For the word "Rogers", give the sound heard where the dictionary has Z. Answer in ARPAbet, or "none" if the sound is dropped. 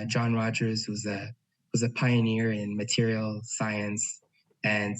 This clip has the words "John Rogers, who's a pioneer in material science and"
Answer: Z